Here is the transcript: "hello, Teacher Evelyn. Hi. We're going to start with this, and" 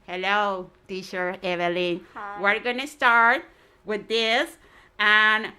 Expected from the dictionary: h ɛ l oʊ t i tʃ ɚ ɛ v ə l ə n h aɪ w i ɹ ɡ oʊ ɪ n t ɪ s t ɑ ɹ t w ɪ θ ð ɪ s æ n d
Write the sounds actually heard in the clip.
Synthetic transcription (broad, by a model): h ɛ l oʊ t i ʃ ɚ ɛ v ə l ə n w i ɹ ɡ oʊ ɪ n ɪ s t ɑ ɹ t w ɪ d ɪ s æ n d